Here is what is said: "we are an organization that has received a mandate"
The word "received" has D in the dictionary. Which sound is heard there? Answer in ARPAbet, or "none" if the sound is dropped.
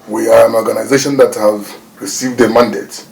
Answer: D